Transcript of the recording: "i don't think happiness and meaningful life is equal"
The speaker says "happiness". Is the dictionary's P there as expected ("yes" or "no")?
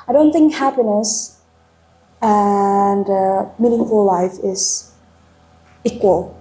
yes